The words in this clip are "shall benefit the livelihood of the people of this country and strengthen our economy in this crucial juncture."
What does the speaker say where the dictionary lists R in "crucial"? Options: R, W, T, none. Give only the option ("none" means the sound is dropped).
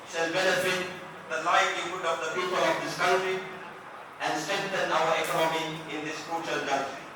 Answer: none